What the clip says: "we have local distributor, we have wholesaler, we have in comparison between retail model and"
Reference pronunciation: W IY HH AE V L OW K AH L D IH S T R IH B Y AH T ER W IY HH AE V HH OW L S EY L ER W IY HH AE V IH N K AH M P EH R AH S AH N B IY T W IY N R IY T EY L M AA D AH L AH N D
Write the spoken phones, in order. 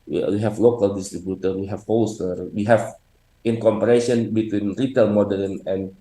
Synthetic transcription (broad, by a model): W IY HH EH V L OW K AH L D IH S T R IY B Y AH T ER W IY HH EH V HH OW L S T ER W IY HH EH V IH N K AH M P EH R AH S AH N B IY T W IY N R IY T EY L M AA D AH N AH N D